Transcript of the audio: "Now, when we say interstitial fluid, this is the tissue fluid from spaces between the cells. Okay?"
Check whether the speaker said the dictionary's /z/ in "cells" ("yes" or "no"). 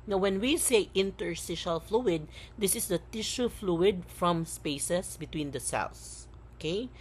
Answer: no